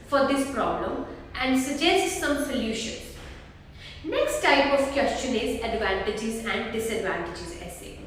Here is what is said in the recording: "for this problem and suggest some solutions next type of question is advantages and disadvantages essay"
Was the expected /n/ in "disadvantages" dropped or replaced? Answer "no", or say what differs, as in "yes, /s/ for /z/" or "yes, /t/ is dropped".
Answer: no